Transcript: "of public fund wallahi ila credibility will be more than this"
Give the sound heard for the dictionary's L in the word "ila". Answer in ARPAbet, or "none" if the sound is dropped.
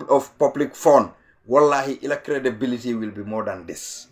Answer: L